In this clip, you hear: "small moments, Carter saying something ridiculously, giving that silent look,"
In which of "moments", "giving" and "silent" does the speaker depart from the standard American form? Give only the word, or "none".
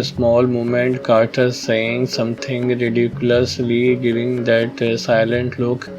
moments